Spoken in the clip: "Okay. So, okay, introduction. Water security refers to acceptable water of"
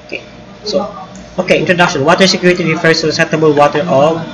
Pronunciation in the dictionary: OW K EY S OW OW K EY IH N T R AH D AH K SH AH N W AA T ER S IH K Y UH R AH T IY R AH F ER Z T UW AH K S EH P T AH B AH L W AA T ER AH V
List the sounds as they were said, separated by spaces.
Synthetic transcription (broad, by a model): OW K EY S OW OW K EY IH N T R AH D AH K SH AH N W AA T ER S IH K Y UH R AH T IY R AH F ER S T UW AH S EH T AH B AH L W AA T ER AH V